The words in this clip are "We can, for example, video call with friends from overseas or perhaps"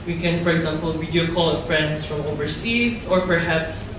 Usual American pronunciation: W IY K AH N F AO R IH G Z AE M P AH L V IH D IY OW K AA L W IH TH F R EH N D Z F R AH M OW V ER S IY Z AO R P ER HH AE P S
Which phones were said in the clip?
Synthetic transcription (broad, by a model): W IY K AH N F AO R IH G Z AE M P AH L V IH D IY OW K AA L F R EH N D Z F R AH M OW V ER S IY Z AO R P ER HH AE P S